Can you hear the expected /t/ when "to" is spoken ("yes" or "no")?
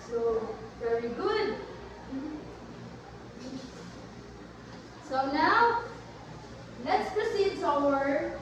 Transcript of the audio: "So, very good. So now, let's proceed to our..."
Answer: no